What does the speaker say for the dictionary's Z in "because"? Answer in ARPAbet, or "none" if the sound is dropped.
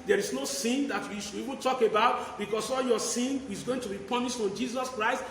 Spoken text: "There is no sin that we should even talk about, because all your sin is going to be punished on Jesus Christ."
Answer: S